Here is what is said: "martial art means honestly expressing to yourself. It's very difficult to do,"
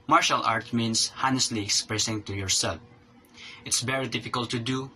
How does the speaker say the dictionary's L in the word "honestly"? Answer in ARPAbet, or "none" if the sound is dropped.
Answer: L